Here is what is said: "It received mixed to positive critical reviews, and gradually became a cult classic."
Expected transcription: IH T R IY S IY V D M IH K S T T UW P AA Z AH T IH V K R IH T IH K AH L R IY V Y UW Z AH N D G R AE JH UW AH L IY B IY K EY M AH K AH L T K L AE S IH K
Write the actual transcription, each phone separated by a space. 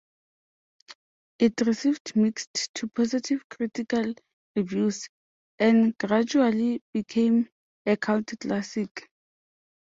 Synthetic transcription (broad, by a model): IH T R IY S IY V D M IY K S T T UW P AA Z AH T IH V K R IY T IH K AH L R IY V Y UW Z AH N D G R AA JH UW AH L IY B IY K EY M AH K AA N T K L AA S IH K